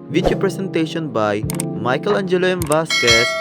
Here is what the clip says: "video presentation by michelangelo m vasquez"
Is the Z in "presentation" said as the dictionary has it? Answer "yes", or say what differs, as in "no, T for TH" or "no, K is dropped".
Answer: no, S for Z